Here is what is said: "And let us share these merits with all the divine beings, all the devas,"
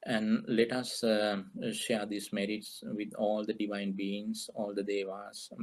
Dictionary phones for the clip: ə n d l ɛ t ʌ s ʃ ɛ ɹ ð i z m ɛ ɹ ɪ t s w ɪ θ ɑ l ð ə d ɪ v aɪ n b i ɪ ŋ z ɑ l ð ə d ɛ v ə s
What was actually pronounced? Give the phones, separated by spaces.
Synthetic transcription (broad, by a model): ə n d l ɛ t ʌ s ʃ ɛ ɹ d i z m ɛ ɹ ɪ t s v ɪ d ɑ l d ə d ɪ v aɪ n b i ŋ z ɑ l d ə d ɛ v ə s